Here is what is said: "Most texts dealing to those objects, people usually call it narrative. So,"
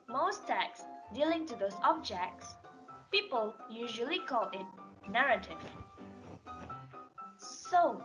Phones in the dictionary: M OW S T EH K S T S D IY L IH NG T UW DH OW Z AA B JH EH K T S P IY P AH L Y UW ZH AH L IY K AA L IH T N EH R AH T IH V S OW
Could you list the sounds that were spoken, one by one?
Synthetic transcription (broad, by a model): M OW S T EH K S S D IY L IH NG T UW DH OW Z AA B JH EH K T S P IY P AH L Y UW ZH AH L IY K AA L IH T N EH R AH T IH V S OW